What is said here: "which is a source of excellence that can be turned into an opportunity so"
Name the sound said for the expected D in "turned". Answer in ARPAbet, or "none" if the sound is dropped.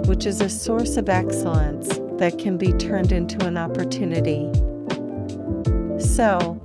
D